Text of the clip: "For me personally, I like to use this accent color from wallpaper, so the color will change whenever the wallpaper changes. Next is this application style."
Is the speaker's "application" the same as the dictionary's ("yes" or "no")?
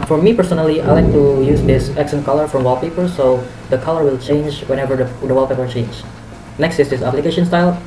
yes